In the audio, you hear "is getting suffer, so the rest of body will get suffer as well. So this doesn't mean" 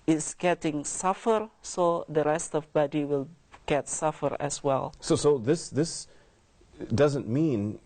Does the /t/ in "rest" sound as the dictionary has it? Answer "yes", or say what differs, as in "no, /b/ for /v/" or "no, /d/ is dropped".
yes